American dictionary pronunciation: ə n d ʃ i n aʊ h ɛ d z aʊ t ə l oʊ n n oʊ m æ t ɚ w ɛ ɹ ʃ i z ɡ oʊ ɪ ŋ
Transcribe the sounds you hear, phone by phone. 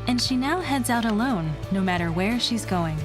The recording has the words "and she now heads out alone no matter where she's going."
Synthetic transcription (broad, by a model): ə n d ʃ i n aʊ h ɛ d z aʊ t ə l oʊ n n oʊ m æ t ɚ w ɛ ɹ ʃ i z ɡ oʊ ɪ ŋ